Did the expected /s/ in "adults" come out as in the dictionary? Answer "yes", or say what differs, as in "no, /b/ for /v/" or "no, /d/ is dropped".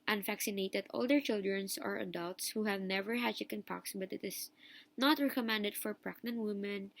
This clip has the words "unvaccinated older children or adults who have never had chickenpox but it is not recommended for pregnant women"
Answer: yes